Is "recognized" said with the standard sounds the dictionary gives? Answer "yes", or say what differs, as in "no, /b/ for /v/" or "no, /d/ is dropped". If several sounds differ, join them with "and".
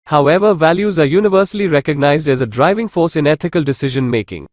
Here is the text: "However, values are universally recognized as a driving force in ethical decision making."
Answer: yes